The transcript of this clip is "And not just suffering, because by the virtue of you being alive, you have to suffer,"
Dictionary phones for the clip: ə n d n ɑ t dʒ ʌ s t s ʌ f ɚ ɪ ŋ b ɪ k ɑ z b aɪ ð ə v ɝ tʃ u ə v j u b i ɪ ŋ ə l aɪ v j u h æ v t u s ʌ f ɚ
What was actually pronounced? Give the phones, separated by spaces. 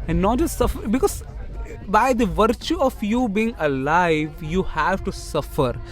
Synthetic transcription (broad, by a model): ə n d n ɑ t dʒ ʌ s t s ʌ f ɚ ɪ b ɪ k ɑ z b aɪ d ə v ɝ tʃ u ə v j u b i ɪ ŋ ə l aɪ v j u h æ v t u s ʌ f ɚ